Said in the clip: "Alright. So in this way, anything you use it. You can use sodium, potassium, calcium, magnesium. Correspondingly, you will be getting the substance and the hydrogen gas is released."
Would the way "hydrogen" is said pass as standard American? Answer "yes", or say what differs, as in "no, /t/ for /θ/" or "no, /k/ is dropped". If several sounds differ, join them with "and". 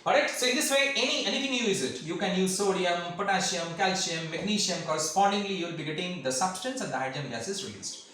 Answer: no, /ɹ/ is dropped and /dʒ/ is dropped